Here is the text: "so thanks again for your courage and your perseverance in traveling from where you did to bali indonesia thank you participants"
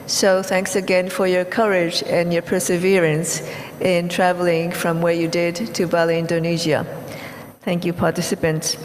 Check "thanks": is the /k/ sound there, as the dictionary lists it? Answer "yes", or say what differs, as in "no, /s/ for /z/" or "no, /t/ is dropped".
yes